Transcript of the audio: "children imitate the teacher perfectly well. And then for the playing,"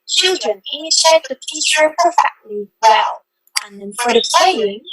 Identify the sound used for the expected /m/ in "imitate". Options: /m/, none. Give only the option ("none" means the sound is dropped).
none